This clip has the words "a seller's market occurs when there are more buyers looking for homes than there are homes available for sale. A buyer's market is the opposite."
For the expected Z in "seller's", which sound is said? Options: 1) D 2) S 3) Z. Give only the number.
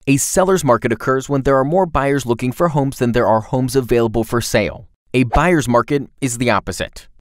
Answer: 3